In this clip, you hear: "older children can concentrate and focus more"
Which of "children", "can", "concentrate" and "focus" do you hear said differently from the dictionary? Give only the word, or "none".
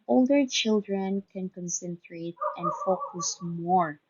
none